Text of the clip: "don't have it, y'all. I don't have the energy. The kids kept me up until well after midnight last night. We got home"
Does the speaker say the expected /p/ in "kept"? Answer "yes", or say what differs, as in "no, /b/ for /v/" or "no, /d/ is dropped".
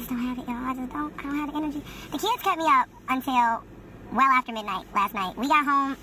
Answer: no, /p/ is dropped